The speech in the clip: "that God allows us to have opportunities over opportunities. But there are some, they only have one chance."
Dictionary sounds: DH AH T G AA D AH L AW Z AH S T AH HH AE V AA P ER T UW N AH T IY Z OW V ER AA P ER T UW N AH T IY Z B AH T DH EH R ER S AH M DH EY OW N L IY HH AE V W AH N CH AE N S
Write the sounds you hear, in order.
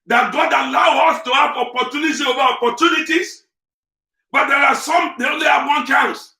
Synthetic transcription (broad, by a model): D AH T G AA D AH L AW AO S T AH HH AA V AA P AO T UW N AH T IY OW V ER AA P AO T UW N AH T IY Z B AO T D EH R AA S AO M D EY OW N L IY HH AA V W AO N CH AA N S